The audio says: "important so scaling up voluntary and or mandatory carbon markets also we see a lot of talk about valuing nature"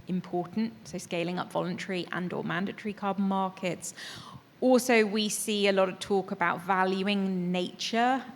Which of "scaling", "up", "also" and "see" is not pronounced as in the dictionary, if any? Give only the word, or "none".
none